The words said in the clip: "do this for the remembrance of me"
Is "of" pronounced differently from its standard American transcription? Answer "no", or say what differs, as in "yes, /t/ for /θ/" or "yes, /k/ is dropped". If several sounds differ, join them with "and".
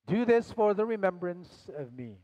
no